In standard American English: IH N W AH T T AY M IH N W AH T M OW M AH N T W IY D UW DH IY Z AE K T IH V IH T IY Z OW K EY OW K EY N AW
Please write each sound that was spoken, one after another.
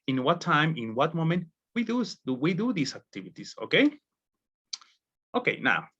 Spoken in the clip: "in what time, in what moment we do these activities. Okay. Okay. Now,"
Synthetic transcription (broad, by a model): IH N W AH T T AY M IH N W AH T M OW M AH N T W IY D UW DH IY S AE K T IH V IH T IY S OW K EY OW K EY N AW